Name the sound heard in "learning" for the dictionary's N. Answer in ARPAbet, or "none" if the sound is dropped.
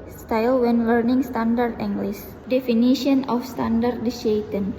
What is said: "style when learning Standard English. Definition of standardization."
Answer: N